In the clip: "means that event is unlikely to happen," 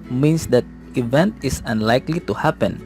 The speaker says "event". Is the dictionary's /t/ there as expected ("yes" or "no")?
yes